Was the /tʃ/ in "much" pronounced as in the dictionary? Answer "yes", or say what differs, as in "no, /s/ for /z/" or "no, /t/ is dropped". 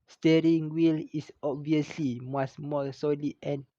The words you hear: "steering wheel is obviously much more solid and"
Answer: no, /s/ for /tʃ/